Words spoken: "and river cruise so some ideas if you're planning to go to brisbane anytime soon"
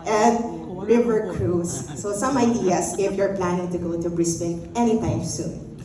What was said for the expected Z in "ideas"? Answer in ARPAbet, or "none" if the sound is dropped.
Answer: S